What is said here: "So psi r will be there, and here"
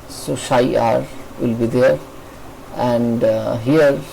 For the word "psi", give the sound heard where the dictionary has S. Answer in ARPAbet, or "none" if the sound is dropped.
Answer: SH